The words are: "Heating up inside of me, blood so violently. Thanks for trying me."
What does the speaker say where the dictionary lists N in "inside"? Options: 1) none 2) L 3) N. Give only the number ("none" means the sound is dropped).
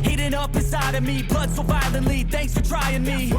1